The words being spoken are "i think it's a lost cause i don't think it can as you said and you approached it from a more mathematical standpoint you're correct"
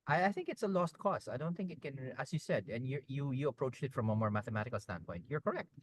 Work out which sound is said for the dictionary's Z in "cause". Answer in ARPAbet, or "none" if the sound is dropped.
S